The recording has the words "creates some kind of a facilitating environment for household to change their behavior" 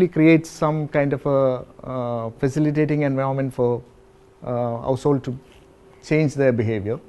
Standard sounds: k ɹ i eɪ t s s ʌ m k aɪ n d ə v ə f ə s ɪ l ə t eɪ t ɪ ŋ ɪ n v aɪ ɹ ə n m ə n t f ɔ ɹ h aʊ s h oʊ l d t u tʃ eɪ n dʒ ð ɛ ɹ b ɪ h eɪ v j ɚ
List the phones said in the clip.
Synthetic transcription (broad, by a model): k ɹ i eɪ t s s ʌ m k aɪ n d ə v ə f ə s ɪ l ə t eɪ t ɪ ŋ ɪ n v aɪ ə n m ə n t f ɔ ɹ h aʊ s h oʊ l d t u tʃ eɪ n dʒ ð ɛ b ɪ h eɪ v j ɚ